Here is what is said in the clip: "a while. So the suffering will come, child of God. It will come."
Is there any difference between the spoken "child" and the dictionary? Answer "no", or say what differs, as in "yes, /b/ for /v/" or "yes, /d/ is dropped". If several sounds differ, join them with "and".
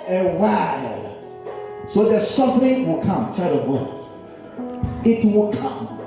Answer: yes, /l/ is dropped